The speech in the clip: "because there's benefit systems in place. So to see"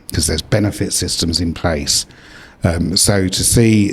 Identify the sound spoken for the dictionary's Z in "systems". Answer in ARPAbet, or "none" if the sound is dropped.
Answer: Z